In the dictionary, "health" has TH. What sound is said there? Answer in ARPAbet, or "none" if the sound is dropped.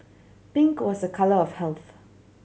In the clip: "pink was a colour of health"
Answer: TH